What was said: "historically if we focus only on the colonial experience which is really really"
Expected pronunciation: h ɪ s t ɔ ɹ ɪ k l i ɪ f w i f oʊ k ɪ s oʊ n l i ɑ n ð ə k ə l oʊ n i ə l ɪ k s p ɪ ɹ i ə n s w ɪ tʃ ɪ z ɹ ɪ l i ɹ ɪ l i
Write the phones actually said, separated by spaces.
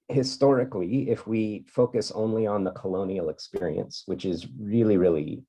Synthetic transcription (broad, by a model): h ɪ s t ɔ ɹ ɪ k l i ɪ f w i f oʊ k ɪ s oʊ n l i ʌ n ð ə k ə l oʊ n i l ɪ k s p ɪ ɹ i ə n s w ɪ tʃ ɪ z ɹ ɪ l i ɹ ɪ l i